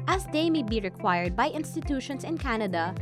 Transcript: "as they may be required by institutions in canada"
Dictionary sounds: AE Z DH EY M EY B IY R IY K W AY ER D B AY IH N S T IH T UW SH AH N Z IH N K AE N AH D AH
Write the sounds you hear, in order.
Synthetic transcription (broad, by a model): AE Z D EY M EY B IY R IY K W AY ER D B AY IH N S T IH T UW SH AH N S IH N K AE N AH D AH